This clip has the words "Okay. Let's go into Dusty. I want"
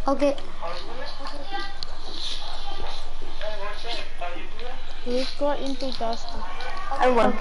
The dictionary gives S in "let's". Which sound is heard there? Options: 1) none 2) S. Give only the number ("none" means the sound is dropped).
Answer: 1